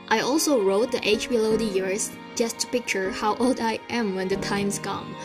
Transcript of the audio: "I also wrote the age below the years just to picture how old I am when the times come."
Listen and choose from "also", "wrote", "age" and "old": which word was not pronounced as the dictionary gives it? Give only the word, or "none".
none